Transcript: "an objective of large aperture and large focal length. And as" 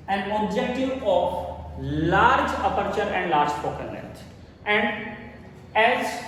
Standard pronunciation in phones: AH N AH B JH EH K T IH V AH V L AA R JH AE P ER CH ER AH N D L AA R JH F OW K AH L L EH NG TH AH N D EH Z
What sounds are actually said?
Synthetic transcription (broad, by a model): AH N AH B JH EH K T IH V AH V L AA R JH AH P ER CH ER AH N D L AA R JH P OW K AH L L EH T AH N D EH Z